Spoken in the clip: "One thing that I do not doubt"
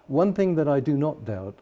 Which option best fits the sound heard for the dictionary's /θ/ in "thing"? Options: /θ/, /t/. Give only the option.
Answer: /θ/